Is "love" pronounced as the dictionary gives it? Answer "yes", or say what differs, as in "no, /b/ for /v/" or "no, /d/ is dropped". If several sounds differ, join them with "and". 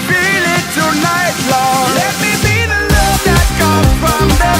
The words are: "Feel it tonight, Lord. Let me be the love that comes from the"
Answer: no, /n/ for /l/